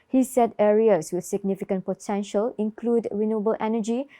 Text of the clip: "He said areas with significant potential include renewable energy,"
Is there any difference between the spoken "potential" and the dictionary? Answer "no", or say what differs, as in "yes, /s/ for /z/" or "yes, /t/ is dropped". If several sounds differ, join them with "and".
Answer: no